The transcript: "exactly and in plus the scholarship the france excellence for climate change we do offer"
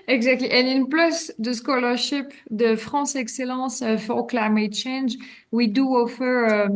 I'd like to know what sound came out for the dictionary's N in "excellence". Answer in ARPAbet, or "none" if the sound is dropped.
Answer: none